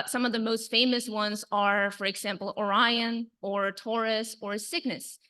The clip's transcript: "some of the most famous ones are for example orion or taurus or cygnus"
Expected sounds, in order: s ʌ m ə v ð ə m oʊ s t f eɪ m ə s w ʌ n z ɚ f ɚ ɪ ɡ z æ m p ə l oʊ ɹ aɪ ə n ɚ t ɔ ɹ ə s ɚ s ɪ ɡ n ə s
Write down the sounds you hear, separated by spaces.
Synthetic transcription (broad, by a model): s ʌ m ə v ð ə m oʊ s t f eɪ m ə s w ʌ n z ɚ f ɚ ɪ ɡ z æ m p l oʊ ɹ aɪ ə n ɚ t ɔ ɹ ə s ɚ s ɪ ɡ n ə s